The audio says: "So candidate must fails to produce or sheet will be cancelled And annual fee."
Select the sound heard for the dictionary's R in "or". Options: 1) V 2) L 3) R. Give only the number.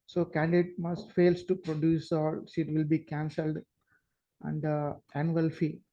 2